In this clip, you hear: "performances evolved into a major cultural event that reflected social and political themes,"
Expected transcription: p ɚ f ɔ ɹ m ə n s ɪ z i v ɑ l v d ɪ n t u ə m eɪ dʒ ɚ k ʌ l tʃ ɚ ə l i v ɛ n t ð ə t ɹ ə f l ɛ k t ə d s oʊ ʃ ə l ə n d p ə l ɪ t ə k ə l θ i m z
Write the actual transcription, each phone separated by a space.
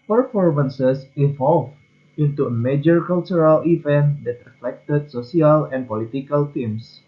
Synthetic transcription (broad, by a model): p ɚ f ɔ ɹ m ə n s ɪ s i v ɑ l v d ɪ n t u ə m eɪ dʒ ɚ k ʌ l tʃ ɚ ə l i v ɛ n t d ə t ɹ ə f l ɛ k t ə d s oʊ s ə l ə n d p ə l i t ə k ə l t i m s